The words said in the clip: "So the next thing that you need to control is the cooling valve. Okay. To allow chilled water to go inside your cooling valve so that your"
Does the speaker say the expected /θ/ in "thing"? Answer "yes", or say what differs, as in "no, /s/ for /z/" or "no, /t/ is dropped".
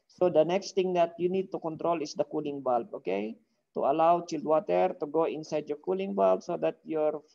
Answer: no, /t/ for /θ/